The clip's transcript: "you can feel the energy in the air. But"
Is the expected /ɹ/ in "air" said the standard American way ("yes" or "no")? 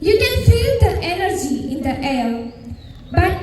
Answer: no